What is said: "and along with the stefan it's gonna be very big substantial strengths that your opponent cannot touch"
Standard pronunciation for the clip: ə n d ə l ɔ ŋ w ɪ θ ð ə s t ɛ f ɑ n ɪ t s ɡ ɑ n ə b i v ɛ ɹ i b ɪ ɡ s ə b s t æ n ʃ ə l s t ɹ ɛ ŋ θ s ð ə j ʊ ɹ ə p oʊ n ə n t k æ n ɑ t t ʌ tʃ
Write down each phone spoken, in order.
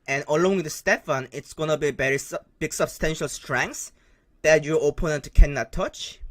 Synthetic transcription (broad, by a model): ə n ə l ɔ ŋ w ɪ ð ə s t ɛ f ɑ n ɪ t s ɡ ɑ n ə b i b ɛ ɹ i b ɪ ɡ s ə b s t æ n ʃ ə l s t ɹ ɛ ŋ s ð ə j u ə p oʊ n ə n t k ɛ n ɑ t t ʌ tʃ